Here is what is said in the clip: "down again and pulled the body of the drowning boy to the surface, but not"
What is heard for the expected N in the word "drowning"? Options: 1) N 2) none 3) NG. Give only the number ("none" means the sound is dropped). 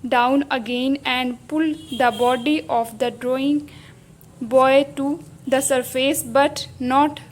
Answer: 2